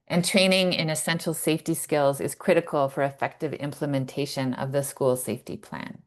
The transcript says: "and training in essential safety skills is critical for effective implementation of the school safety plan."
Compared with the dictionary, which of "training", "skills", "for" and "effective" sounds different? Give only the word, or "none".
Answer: none